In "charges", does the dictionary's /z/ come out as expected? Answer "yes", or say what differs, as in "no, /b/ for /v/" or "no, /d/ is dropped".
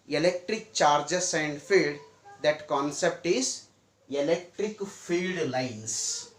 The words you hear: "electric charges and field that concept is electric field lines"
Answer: no, /s/ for /z/